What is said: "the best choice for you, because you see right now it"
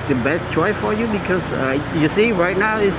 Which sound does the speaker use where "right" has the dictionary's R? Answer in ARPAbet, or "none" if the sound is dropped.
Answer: R